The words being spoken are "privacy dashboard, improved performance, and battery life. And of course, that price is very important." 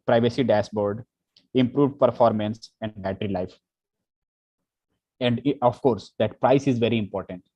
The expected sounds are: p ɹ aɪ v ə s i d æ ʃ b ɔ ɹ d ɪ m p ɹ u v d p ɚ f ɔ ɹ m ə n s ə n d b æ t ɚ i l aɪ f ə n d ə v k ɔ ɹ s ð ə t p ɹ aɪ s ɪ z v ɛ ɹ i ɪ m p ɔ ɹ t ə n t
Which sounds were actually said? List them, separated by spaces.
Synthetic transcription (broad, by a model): p ɹ aɪ v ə s i d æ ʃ b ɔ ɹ d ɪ m p ɹ u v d p ɚ f ɔ ɹ m ə n s ə n d b æ t ɚ i l aɪ f ə n d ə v k ɔ ɹ s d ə t p ɹ aɪ s ɪ z v ɛ ɹ i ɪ m p ɔ ɹ t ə n t